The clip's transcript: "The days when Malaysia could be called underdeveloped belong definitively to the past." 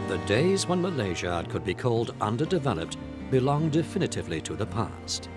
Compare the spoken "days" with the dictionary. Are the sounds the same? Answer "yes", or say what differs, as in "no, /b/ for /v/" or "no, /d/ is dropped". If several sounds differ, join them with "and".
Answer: yes